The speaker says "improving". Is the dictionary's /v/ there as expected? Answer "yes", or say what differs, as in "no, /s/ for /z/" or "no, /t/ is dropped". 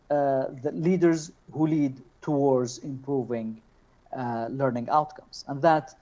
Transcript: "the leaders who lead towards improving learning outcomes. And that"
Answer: yes